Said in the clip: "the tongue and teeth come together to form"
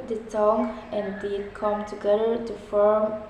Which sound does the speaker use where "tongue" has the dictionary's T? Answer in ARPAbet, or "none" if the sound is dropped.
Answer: S